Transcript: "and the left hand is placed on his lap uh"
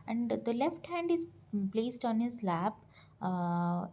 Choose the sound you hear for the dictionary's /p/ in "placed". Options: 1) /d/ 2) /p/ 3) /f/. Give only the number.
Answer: 2